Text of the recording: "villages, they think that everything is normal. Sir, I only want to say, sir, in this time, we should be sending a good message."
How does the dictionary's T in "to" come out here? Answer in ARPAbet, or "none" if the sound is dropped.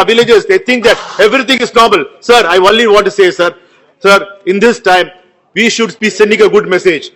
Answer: S